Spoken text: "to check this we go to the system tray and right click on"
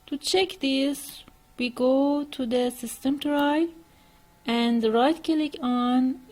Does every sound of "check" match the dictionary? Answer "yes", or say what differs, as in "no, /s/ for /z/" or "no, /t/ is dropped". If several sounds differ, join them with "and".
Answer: yes